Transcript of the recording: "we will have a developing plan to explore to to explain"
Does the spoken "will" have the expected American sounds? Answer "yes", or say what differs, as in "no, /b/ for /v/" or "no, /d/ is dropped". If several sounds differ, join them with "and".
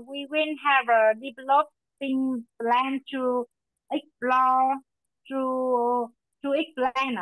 no, /n/ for /l/